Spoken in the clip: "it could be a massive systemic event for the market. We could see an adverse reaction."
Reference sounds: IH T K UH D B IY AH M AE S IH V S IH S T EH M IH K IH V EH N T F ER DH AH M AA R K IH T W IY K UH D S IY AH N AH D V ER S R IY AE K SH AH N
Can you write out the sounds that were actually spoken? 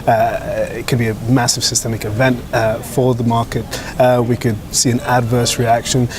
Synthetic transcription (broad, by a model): IH T K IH D B IY AH M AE S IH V S IH S T EH M IH K IH V EH N T F ER DH AH M AA R K IH T W IY K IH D S IY AH N AH D V ER S R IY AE K SH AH N